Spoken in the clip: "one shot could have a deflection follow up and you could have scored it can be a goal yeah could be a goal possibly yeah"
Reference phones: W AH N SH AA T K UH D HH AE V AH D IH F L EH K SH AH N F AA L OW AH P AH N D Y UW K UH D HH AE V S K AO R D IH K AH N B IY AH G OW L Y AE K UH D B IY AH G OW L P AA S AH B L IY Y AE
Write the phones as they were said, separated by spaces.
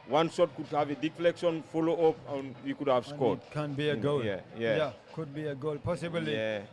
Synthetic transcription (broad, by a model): W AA N S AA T K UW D HH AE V AH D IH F L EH K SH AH N F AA L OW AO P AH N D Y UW K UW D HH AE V S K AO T K AH N B IY AH G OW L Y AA K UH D B IY AH G OW L P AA S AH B IY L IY